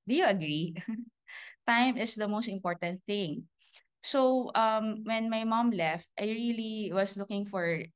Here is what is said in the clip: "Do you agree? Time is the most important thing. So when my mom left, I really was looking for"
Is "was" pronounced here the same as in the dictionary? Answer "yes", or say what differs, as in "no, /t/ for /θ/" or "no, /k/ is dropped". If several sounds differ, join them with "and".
no, /s/ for /z/